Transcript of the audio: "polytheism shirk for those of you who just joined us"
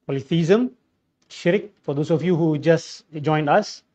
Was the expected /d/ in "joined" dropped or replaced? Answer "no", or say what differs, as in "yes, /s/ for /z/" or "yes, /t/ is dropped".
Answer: no